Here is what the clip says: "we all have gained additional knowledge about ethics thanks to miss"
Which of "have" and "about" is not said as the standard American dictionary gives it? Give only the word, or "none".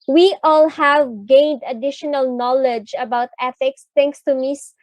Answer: none